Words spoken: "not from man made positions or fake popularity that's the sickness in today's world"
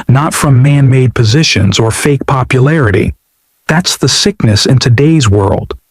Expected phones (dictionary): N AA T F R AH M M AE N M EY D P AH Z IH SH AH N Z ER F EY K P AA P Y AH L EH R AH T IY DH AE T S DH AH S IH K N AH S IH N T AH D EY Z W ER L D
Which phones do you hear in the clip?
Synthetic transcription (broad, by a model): N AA T F R AH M M AE N M EY D P AH Z IH SH AH N Z ER F EY K P AA P Y AH L EH R AH T IY DH AE T S DH AH S IH K N AH S IH N T AH D EY Z W ER L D